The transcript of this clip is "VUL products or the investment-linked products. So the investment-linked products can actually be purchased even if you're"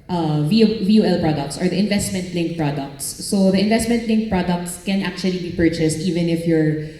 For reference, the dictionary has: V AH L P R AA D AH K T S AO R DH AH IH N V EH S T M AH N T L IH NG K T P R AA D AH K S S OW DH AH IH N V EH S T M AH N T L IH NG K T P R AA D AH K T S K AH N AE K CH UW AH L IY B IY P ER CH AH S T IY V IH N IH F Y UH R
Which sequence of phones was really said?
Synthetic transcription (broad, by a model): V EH L P R AA D AH K T S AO R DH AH IH N V EH S T M AH N T L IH NG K P R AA D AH K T S OW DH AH IH N V EH S T M AH N T L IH NG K P R AA D AH K T S K AH N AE K CH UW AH L IY B IY P ER CH AH S T IY V IH N IH F Y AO R